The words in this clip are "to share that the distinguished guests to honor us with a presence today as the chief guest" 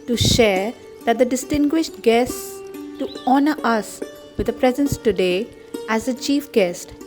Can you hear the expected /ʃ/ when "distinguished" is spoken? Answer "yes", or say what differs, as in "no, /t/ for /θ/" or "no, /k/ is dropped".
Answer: yes